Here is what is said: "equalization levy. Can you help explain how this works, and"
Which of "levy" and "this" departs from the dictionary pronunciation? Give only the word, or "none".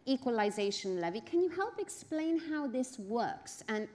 none